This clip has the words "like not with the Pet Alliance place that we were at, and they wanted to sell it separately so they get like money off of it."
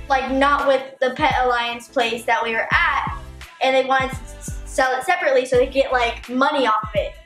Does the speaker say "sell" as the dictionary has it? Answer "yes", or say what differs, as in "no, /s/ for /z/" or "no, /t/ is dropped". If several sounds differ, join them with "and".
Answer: yes